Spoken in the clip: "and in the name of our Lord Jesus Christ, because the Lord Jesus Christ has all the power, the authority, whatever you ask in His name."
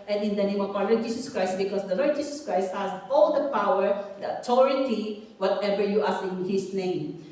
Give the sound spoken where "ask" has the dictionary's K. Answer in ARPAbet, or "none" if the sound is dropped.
none